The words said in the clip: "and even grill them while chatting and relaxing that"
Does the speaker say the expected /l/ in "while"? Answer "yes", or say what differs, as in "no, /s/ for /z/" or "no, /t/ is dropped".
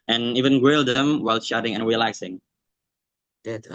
yes